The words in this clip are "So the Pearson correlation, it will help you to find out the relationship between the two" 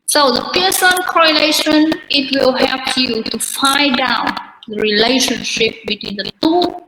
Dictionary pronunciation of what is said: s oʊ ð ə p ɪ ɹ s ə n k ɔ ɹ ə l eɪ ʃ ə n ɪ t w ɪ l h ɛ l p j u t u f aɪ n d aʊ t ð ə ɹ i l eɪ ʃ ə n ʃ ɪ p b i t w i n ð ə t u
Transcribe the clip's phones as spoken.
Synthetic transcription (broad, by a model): s oʊ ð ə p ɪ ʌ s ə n k ɔ ɹ ə l eɪ ʃ ə n ɪ t w ɪ l h ɛ l p j u t u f aɪ d aʊ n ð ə ɹ i l eɪ ʃ ə n ʃ ɪ p b i t w i n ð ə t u